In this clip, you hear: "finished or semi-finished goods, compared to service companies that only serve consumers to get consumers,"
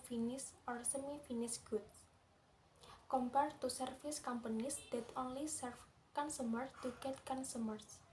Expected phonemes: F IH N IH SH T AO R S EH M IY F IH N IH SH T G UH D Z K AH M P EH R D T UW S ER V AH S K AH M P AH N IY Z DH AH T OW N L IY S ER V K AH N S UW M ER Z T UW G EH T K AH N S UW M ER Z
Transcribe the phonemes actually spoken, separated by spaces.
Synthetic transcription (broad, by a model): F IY N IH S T AO R S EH M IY F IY N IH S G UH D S K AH M P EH R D T UW S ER F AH S K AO M P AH N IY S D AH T OW N L IY S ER F K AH N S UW M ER S T UW G EH T K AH N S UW M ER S